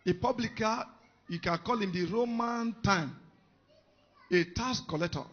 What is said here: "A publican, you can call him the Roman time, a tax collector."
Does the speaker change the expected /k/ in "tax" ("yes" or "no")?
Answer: yes